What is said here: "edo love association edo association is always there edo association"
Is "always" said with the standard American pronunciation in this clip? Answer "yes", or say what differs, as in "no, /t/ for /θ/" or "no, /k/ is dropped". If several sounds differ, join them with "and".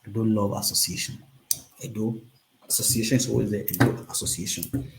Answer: no, /l/ is dropped